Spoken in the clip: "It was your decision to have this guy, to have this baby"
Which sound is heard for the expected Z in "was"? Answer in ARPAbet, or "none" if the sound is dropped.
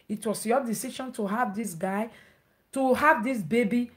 S